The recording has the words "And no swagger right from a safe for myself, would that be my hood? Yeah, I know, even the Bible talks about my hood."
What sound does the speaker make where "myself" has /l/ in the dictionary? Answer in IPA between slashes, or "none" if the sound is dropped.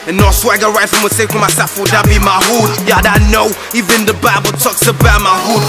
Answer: none